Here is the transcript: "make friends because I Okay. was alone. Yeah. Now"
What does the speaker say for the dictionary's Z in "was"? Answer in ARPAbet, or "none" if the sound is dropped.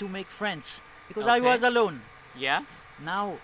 Z